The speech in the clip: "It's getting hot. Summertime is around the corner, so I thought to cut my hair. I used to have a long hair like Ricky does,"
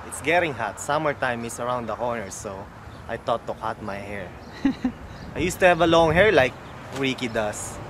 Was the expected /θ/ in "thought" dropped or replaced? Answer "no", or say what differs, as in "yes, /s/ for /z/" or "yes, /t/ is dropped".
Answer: yes, /t/ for /θ/